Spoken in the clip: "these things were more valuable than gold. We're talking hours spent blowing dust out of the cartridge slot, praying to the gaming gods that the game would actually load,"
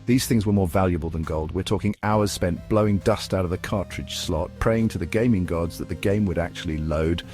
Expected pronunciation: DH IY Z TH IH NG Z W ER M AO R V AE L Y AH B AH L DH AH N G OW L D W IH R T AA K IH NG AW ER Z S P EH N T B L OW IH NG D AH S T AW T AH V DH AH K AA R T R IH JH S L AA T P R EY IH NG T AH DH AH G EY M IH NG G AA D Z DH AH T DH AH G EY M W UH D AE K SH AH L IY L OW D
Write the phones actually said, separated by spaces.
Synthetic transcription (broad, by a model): DH IY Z TH IH NG Z W ER M AO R V AE L Y AH B AH L DH AH N G OW L D W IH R T AA K IH NG AW ER Z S P EH N B L OW IH NG D AH S T AW T AH V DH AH K AA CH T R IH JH S L AA T P R EY IH NG T AH DH AH G EY M IH NG G AA D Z DH AH T DH AH G EY M W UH D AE K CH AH L IY L OW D